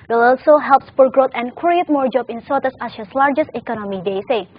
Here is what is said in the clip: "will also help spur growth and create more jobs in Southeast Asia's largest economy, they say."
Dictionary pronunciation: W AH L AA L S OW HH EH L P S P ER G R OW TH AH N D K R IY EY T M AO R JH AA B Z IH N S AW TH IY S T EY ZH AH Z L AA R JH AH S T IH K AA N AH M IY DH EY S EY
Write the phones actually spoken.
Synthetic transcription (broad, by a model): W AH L AA L S OW HH EH L P S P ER G R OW T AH N K R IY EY T M AO R JH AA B IH N S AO T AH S AA SH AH S L AA R JH AH S T IH K AA N AH M IY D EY S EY